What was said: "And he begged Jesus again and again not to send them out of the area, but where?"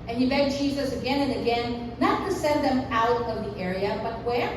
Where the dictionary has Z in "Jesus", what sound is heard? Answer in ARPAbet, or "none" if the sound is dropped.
Z